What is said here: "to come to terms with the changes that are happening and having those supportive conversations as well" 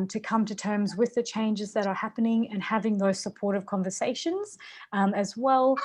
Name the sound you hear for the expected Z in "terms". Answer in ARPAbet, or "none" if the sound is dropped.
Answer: Z